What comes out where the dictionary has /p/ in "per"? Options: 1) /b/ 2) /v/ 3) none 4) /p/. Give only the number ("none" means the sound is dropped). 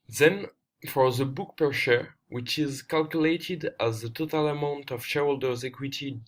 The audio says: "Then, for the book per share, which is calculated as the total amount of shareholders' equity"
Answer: 4